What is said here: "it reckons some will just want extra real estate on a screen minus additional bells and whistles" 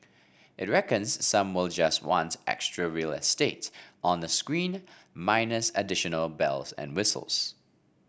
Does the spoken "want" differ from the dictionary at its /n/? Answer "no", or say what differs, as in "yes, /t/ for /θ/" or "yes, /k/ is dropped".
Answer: no